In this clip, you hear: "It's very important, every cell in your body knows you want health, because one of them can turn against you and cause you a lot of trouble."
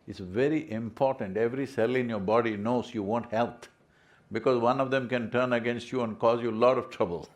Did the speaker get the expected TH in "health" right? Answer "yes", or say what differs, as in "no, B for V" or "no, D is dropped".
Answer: no, T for TH